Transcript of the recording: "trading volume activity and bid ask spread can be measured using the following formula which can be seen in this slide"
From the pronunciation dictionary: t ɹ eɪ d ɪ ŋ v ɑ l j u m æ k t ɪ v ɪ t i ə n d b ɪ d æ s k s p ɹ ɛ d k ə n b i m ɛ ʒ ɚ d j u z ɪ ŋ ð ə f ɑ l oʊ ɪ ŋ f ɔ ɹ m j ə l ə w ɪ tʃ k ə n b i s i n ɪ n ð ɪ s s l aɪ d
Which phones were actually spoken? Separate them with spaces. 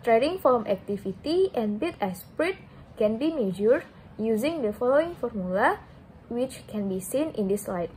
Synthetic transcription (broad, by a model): t ɹ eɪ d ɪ ŋ f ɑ m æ k t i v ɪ t i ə n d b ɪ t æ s s p ɹ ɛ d k ə n b i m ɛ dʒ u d j u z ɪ ŋ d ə f ɑ l oʊ ɪ ŋ f ɔ ɹ m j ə l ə w ɪ tʃ k ə n b i s i n ɪ n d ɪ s s l aɪ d